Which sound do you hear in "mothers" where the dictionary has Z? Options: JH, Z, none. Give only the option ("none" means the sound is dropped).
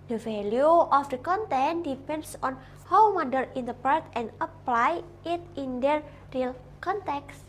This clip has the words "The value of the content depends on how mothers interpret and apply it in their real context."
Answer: none